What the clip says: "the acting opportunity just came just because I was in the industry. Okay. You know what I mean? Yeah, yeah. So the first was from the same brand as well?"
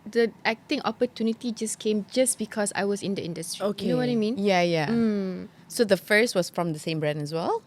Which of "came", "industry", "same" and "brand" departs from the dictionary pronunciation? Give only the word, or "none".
brand